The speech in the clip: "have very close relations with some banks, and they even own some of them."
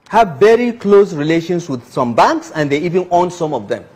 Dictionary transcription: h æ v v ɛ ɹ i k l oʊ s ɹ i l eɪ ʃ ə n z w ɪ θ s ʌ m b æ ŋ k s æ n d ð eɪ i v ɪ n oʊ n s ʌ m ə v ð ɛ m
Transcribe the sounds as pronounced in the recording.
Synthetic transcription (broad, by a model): h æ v v ɛ ɹ i k l oʊ s ɹ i l eɪ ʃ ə n s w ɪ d s ʌ m b æ ŋ k s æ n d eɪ i v ɪ n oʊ n s ʌ m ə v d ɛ m